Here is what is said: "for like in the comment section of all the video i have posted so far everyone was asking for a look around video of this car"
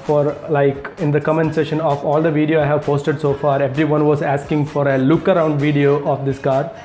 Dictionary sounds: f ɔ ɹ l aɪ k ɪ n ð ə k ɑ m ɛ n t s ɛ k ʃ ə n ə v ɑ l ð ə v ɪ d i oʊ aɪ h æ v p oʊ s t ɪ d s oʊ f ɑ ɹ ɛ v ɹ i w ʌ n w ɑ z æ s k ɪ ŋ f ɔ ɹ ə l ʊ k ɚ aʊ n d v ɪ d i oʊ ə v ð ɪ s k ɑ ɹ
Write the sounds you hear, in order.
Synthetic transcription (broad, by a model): f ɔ ɹ l aɪ k ɪ n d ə k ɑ m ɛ n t s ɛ ʃ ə n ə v ɑ l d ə v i d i oʊ aɪ h æ v p oʊ s t ɪ d s oʊ f ɑ ɹ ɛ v ɹ i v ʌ n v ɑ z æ s k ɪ ŋ f ɔ ɹ ə l ʊ k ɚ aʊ n d v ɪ d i oʊ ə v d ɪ s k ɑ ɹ